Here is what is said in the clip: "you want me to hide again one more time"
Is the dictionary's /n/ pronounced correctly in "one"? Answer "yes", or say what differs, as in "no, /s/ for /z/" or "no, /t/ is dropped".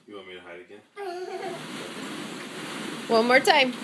no, /l/ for /n/